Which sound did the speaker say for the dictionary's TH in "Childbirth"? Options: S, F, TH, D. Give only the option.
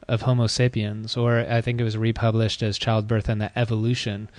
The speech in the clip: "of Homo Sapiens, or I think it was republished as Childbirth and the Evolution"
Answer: TH